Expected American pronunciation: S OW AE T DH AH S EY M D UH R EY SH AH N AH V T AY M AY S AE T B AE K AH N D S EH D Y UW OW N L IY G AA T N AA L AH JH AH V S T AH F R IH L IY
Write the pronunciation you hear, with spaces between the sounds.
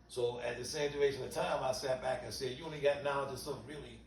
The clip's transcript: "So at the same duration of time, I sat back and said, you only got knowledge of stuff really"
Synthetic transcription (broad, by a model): S OW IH T DH AH S EY M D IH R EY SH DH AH T AY M AY S AE T B AE K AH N S EH D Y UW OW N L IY G AA T N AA AH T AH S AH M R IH L IY